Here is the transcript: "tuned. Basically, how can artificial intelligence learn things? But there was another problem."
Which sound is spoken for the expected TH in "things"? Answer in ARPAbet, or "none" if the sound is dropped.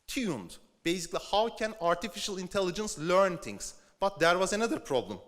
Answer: T